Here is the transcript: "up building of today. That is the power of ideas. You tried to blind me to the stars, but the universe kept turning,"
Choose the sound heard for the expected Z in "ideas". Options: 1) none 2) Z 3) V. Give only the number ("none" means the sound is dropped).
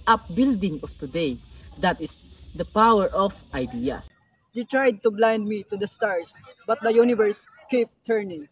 1